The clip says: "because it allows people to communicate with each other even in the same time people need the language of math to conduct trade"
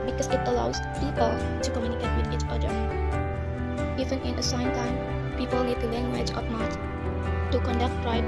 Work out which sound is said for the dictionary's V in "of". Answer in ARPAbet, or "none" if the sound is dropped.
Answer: P